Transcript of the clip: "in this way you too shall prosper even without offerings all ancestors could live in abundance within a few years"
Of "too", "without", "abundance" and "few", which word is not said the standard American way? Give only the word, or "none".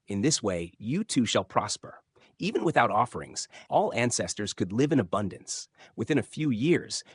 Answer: none